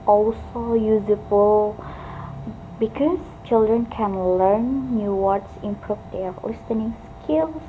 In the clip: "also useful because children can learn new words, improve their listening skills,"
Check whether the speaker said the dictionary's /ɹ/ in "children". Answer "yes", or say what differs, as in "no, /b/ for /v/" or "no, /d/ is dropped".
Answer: yes